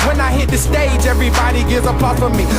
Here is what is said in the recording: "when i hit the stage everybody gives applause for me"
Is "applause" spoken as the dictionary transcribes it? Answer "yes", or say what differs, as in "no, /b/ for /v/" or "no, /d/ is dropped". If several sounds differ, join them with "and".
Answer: no, /z/ is dropped